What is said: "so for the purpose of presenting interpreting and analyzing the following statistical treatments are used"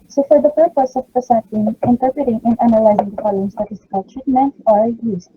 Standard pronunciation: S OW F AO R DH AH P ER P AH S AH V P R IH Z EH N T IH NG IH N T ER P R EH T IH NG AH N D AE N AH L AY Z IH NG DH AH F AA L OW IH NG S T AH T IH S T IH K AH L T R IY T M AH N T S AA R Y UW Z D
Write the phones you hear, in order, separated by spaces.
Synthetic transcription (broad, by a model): S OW F AO R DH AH P ER P AH S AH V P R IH S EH T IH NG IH N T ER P R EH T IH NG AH N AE N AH L AY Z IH NG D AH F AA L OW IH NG S T AH T IH S T IH K AH L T R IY T M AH N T AA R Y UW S